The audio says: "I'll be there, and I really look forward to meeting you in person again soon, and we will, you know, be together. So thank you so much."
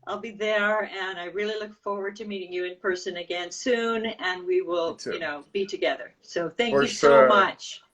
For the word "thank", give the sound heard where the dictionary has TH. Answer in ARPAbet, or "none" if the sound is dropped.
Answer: TH